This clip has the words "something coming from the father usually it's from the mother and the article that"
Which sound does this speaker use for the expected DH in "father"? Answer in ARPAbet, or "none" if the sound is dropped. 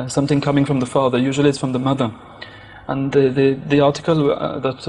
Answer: DH